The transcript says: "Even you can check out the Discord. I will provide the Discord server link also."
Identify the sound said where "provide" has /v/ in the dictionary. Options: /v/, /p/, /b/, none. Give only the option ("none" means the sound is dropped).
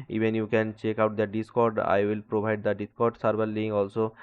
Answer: /b/